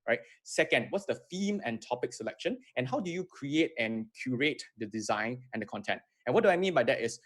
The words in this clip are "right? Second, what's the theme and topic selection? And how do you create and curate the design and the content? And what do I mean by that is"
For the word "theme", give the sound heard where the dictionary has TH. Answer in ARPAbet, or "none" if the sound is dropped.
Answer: F